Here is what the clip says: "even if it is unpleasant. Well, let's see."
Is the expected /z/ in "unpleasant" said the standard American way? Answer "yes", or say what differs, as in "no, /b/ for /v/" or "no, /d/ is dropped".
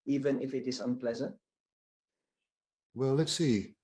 yes